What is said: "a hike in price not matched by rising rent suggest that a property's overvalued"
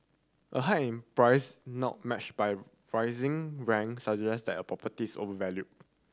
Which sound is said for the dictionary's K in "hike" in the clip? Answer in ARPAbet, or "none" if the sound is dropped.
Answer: none